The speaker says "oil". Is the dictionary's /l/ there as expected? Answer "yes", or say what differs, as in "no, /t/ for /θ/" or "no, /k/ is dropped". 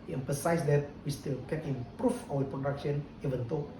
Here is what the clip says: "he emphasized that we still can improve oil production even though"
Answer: no, /w/ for /l/